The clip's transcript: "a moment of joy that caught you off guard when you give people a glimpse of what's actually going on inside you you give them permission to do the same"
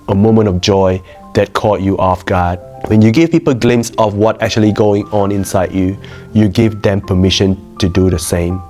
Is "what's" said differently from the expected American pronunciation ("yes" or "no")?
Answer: yes